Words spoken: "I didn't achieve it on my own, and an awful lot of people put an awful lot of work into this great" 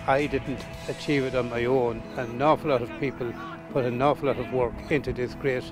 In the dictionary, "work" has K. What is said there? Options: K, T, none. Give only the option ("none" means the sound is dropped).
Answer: K